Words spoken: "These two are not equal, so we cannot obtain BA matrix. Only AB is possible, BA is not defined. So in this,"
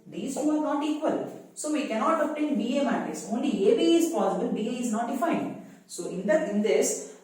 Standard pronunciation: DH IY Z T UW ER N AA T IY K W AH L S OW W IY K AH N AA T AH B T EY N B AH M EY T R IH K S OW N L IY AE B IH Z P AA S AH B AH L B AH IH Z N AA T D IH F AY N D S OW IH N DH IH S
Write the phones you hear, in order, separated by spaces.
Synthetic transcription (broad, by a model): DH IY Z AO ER N AA T IY K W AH L S OW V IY K AH N AA T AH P T EY N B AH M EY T IH S OW N L IY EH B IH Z P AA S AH B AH L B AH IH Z N AA T D IH F AY N D S OW IH N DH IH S